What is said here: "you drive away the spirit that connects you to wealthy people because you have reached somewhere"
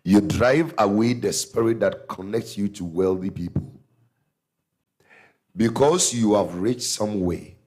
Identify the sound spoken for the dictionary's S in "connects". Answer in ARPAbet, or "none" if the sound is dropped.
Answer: S